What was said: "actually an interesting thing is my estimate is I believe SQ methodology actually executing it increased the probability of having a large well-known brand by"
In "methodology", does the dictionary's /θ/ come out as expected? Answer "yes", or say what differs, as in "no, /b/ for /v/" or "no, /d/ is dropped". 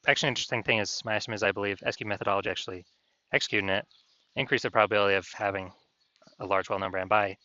yes